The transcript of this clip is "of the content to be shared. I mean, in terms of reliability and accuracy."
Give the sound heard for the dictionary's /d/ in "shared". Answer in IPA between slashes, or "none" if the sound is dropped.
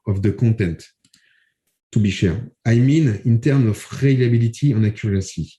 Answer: none